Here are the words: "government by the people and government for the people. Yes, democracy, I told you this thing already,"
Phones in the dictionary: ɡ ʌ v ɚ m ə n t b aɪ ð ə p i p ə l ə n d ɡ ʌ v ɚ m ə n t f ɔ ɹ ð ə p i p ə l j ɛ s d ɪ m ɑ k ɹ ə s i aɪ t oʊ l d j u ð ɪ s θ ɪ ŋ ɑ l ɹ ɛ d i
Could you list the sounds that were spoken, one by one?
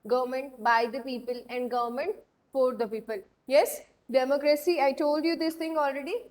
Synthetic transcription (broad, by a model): ɡ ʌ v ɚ m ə n t b aɪ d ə p i p ə l ə n d ɡ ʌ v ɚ m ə n t f ɔ ɹ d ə p i p ə l j ɛ s d ɪ m ɑ k ɹ ə s i aɪ t oʊ l d j u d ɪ s t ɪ ŋ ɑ l ɹ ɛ d i